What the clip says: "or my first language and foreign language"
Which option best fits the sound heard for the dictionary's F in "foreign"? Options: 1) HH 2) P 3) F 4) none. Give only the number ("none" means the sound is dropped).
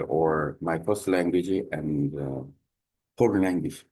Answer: 2